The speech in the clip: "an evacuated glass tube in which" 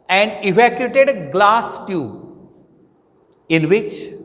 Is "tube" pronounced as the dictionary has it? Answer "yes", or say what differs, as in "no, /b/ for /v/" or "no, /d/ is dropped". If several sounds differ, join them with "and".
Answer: no, /b/ is dropped